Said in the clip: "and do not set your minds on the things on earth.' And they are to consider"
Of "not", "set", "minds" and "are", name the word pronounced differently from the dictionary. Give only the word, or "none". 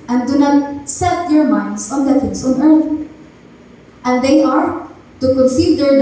minds